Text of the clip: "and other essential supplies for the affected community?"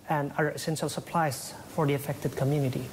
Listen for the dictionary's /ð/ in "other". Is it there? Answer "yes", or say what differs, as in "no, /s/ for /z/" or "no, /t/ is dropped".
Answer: no, /ð/ is dropped